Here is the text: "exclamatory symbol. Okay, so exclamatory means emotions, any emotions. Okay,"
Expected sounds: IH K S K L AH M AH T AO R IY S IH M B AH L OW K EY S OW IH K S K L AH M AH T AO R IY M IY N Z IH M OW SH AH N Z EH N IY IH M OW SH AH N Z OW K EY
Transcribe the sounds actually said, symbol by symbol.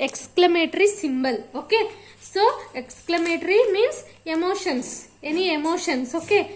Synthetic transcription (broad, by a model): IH K S K L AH M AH T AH R IY S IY M B AH L OW K EY S OW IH K S K L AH M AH T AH R IY M IY N S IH M OW SH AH N S EH N IY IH M OW SH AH N S OW K EY